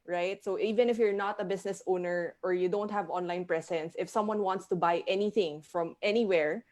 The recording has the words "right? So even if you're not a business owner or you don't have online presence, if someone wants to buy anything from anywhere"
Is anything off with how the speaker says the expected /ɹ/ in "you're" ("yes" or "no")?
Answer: no